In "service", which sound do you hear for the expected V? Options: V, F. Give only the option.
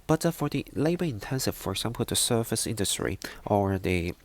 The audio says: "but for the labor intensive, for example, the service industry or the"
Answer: F